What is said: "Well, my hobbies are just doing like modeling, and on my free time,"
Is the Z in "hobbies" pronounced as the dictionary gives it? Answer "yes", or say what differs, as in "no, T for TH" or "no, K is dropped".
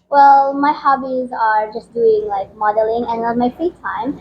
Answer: yes